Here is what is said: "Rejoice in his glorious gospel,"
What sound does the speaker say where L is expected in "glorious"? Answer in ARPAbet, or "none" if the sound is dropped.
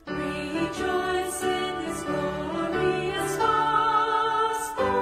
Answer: none